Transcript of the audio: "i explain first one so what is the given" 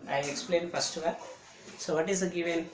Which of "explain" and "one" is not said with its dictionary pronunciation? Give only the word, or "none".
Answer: one